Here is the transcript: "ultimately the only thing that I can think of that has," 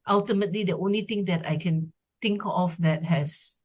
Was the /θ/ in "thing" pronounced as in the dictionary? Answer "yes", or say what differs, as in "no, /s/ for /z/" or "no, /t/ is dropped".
no, /t/ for /θ/